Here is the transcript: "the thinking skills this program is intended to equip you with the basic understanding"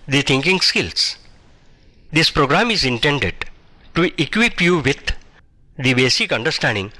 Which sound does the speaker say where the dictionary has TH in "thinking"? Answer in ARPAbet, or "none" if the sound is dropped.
T